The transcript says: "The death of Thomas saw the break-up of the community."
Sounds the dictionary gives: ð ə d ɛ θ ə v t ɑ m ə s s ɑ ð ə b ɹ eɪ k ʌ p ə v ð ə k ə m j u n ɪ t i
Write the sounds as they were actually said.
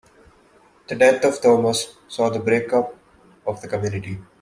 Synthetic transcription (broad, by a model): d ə d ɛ t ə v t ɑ m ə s s ɑ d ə b ɹ eɪ k ʌ p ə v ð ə k ə m j u n ɪ t i